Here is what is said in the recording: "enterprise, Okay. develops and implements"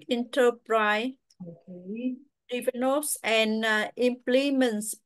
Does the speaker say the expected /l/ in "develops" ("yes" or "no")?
no